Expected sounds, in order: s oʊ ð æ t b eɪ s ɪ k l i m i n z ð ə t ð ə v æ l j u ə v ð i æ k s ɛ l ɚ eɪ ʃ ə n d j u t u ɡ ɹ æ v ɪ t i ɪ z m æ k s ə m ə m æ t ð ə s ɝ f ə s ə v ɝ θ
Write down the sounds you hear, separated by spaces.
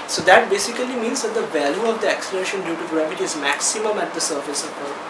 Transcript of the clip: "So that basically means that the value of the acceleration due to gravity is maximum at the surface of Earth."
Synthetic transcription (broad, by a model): s oʊ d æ t b eɪ s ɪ k l i m i n z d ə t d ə v æ l j u ə v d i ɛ k s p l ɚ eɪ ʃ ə n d j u t u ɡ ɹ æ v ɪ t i ɪ z m æ k s ə m ə m æ t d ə s ɝ f ə s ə p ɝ